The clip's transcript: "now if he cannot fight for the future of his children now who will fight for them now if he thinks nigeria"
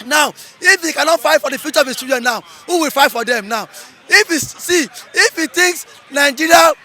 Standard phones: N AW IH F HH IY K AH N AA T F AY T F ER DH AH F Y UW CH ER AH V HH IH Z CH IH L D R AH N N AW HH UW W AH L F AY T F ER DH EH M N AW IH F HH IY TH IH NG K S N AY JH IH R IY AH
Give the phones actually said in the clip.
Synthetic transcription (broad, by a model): N AW IH F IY K AH N AA T F AY T F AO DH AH F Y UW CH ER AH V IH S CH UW D AH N N AW HH UW W AH L F AY T F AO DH EH M N AW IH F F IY T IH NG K S N AY JH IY R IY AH